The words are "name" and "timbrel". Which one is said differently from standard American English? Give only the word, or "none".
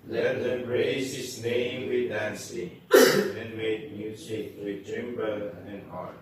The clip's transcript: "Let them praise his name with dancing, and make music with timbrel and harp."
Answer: timbrel